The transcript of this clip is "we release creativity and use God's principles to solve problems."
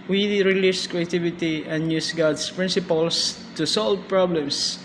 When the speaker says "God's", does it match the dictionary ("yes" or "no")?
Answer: no